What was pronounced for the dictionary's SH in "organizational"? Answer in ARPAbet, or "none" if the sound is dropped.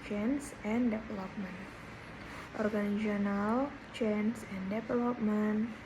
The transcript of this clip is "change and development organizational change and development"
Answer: none